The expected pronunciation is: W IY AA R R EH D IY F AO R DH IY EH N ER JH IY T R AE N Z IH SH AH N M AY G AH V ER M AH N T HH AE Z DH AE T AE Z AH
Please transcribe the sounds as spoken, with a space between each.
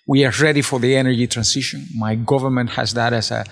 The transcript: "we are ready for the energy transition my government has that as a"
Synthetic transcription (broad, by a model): W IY AA R R EH D IY F AO R DH IY EH N ER JH IY T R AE N S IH SH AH N M AY G AH V ER M AH N T HH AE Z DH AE T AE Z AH